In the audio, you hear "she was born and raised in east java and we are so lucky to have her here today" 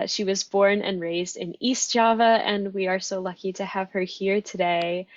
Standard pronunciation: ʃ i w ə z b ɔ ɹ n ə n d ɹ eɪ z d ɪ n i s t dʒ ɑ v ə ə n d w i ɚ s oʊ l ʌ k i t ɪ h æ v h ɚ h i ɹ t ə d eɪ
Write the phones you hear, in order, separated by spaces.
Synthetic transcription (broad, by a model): ʃ i w ə z b ɔ ɹ n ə n ɹ eɪ z d ɪ n i s t dʒ ɑ v ə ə n w i ɚ s oʊ l ʌ k i t ɪ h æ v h ɚ h i ɹ t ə d eɪ